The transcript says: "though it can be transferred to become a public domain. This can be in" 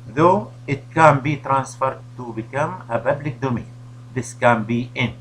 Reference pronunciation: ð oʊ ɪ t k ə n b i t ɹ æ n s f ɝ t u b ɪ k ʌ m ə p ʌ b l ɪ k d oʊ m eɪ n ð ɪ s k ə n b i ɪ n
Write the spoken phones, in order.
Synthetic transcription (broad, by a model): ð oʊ ɪ t k ə n b i t ɹ æ n s f ɝ t u b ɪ k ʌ m ə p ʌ b l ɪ k d oʊ m eɪ n ð ɪ s k ə n b i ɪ n